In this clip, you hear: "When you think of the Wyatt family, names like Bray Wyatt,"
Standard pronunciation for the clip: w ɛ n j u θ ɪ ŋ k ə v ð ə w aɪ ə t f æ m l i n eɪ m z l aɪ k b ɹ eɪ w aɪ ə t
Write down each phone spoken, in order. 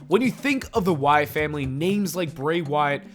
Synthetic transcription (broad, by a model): w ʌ n j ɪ θ ɪ ŋ k ə v ð ə w aɪ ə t f æ m l i n eɪ m z l aɪ k b ɹ eɪ w aɪ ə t